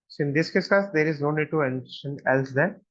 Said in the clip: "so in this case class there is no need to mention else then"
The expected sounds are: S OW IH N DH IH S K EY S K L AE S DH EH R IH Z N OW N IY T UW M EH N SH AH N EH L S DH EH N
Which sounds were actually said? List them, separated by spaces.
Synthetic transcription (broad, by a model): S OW IH N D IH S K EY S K AH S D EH R IH Z N OW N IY T UW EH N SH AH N EH L S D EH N